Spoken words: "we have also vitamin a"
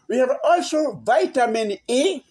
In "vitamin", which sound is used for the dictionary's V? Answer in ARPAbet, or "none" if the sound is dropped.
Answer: V